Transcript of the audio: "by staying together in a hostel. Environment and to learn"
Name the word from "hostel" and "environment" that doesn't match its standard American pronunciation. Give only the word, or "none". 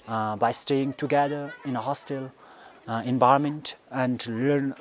environment